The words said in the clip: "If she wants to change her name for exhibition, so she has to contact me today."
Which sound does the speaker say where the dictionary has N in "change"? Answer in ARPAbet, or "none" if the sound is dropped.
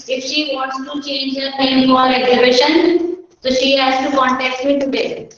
N